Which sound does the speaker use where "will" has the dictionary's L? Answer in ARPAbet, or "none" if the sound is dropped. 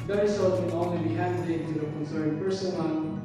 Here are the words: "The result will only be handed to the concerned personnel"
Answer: N